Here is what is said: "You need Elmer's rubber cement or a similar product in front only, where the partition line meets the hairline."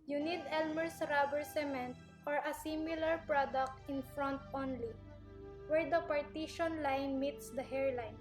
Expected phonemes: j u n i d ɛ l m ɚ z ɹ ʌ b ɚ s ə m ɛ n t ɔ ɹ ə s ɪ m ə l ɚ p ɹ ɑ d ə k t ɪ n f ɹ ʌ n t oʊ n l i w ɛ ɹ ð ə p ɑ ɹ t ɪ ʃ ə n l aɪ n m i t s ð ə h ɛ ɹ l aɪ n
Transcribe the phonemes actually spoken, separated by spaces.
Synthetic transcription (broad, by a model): j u n i d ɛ l m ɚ s ɹ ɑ b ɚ s ə m ɛ n t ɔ ɹ ə s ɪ m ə l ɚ p ɹ ɑ d ə k t ɪ n f ɹ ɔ n t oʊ n l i w ɛ ɹ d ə p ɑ ɹ t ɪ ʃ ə n l aɪ n m i t s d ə h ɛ ɹ l aɪ n